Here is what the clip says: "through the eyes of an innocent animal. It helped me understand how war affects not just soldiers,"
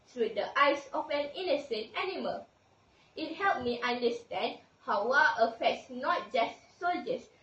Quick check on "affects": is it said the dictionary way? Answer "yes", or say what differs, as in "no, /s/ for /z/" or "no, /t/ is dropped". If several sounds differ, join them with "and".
yes